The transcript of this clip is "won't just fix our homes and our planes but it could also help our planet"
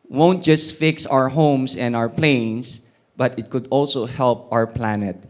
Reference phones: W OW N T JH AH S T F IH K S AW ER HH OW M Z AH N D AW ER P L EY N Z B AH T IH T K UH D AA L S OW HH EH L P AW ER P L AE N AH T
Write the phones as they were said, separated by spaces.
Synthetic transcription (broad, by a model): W OW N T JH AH S T F IH K S AW ER HH OW M S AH N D AW ER P L EY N S B AH T IH T K UH D AA L S OW HH EH L P AW ER P L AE N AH T